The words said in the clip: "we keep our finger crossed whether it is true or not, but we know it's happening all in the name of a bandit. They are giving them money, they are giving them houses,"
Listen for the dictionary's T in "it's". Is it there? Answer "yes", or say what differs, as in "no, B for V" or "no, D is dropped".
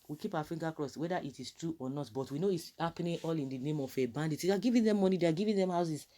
yes